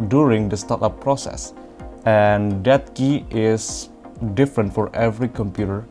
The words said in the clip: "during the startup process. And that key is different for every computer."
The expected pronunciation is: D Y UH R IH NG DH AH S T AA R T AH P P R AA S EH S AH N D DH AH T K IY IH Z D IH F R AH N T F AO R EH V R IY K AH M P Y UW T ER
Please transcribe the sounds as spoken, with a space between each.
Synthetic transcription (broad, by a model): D Y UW R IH NG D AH S T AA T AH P P R AA S EH S AH N D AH T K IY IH S D IH F R AH N T F AO R EH V R IY K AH M P Y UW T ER